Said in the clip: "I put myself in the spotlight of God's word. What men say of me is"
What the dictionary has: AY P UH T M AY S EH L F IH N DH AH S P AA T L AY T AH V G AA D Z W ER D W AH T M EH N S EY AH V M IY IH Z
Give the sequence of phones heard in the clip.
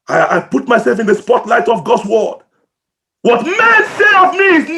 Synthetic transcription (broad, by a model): AY P UH T M AY S EH L F IH N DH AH S P AA T L AY T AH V G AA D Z W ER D W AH T M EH S EY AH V M IY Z